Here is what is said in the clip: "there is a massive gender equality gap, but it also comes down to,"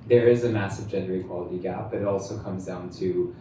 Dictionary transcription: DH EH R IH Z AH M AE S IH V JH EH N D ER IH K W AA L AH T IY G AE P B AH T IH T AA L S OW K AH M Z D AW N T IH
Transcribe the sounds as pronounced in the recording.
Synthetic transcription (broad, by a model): DH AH R IH Z AH M AE S IH V JH EH N D ER IH K W AA L AH T IY G AE P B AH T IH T AA L S OW K AH M Z D AW N T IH